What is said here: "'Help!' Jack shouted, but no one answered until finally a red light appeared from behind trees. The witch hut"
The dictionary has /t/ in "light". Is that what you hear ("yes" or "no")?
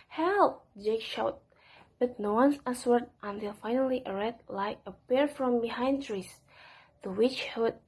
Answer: no